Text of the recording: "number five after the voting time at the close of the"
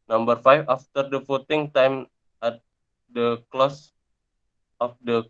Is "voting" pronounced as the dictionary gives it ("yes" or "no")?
no